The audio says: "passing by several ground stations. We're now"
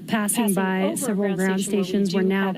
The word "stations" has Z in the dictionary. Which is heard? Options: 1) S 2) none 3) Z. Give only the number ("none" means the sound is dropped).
3